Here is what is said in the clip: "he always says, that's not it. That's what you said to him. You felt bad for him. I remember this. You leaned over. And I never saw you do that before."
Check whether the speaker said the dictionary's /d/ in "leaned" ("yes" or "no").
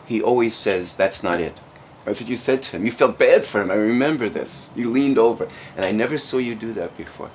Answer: yes